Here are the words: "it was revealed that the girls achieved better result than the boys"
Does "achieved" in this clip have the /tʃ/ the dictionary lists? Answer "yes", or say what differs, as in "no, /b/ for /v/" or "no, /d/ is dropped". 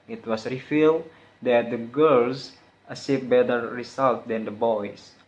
no, /s/ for /tʃ/